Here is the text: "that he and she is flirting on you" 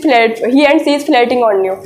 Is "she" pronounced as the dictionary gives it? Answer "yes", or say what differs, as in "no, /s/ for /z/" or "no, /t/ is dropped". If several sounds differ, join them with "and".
no, /s/ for /ʃ/